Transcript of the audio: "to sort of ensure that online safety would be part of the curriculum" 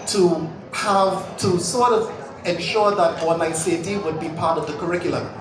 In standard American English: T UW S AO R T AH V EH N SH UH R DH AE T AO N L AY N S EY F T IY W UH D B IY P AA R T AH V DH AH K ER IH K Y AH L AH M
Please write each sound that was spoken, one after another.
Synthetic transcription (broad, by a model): T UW S AO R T AH V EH N SH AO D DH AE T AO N AY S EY T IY W UH D B IY P AA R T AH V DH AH K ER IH K Y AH L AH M